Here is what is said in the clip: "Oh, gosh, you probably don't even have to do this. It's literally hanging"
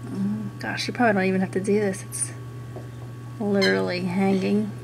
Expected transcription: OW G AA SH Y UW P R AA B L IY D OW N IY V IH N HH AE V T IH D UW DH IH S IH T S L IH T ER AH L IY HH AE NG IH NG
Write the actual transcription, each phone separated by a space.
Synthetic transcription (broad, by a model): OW G AA SH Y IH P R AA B IY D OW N IY V IH N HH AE F T IH D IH DH IH S IH T S L IH T ER L IY HH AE NG IH NG